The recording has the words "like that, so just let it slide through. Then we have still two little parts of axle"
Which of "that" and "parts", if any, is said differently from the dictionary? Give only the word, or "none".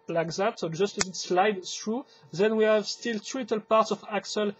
none